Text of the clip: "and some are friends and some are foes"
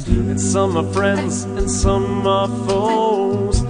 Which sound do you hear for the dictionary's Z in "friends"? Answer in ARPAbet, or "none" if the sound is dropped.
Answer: Z